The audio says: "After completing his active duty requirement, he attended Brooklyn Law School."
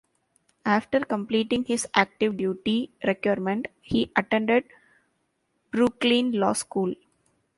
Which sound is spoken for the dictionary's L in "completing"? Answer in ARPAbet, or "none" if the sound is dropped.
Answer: L